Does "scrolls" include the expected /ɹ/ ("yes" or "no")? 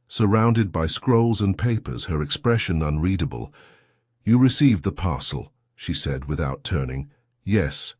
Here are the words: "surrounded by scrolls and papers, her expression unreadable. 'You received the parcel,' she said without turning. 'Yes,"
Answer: yes